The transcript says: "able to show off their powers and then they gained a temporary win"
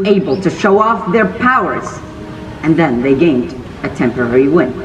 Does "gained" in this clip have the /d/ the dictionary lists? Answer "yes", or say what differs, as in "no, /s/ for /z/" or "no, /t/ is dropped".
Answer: yes